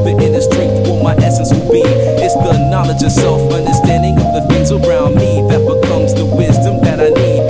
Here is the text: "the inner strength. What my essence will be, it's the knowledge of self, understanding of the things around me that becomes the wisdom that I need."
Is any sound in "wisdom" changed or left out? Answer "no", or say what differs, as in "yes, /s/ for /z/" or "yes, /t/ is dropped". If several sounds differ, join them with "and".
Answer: no